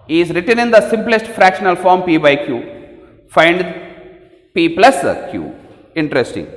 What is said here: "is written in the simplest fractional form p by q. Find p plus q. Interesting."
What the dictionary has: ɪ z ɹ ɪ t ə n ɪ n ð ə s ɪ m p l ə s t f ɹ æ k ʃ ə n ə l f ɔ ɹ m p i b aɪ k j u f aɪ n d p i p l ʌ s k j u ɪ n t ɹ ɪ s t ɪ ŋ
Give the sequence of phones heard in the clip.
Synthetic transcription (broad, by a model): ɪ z ɹ ɪ t ə n ɪ n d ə s ɪ m p l ə s t f ɹ æ k ʃ ə n ə l f ɔ ɹ m p i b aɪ k j u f aɪ n d p i p l ʌ s k j u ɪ n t ɹ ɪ s t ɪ ŋ